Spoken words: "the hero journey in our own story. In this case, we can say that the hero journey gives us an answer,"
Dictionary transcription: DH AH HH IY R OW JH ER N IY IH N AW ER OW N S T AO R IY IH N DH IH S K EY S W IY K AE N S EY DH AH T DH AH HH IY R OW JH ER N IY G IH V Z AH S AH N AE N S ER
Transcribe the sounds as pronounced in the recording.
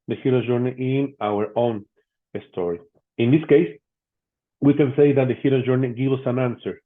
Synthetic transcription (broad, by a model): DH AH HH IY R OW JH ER N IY IH N AW ER OW N S T AO R IY IH N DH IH S K EY S W IY K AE N S EY DH AH T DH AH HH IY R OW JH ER N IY G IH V AH S AH N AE N S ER